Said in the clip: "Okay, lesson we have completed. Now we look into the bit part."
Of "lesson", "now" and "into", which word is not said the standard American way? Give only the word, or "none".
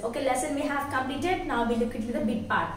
into